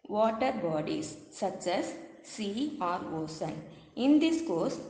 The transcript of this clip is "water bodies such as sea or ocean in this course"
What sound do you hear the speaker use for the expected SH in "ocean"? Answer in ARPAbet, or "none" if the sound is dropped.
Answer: S